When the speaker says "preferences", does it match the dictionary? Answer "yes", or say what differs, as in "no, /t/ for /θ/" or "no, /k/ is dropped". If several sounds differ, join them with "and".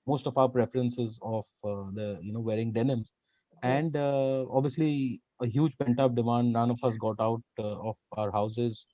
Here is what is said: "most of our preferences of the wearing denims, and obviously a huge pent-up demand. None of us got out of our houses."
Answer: yes